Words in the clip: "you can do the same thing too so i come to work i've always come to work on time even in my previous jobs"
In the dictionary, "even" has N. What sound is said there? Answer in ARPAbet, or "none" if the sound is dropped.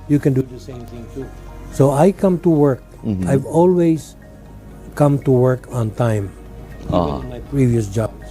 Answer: none